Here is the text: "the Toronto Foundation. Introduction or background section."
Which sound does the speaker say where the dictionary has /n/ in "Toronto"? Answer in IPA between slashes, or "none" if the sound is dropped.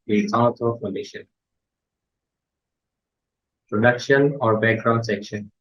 none